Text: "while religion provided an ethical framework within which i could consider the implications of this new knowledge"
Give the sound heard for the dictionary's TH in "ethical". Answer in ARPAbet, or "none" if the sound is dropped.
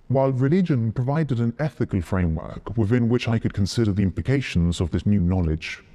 TH